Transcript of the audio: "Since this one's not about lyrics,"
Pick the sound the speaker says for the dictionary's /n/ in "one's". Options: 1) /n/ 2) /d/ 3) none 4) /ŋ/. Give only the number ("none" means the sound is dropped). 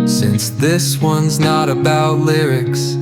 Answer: 1